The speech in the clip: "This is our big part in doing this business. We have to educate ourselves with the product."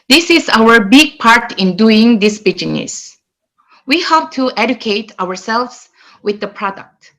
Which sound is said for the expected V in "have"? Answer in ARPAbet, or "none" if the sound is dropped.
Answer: P